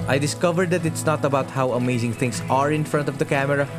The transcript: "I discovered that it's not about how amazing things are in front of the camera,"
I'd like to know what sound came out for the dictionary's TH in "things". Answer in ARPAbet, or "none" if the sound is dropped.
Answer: T